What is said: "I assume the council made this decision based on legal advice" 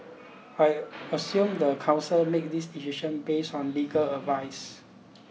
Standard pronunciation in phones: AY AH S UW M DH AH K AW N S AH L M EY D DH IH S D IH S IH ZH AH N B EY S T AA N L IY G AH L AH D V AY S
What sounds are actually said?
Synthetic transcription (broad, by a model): AY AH S UW M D AH K AW N S AH L M EY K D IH S D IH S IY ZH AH N B EY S AA N L IY G AH L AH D V AY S